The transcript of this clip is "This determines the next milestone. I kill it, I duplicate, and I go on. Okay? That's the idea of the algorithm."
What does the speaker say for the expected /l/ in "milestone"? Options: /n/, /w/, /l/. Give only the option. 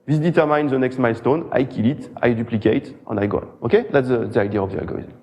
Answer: /l/